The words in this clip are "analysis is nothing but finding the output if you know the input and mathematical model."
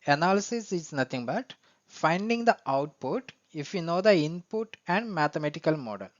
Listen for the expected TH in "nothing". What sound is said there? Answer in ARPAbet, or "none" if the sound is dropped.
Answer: T